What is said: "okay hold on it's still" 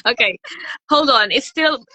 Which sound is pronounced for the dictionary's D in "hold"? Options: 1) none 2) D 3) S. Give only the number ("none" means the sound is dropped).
2